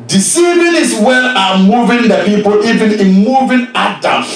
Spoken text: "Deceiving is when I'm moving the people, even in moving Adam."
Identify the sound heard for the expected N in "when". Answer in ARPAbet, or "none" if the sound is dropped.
L